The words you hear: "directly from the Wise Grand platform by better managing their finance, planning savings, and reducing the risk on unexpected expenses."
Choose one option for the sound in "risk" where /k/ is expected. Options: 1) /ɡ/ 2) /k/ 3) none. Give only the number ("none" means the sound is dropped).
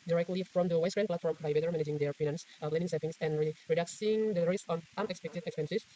3